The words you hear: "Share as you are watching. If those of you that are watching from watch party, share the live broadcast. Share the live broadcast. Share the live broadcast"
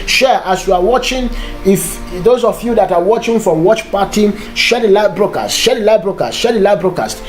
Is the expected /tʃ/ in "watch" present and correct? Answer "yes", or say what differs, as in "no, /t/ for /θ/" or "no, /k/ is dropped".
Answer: yes